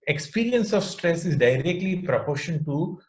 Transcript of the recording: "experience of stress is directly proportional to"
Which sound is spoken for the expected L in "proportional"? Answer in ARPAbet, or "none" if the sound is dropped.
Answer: N